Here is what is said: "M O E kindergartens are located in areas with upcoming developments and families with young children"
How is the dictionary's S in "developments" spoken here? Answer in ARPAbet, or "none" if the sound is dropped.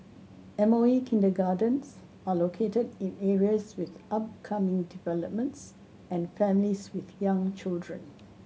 S